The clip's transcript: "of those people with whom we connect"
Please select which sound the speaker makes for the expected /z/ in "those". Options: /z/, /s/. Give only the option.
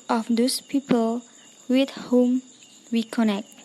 /s/